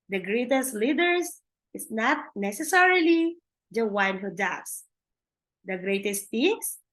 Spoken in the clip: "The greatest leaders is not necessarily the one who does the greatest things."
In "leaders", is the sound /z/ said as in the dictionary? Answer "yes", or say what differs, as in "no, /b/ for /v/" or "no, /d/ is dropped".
no, /s/ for /z/